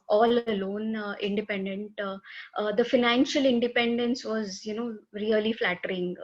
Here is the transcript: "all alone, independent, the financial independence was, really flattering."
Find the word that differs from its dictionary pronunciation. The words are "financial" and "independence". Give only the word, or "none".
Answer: none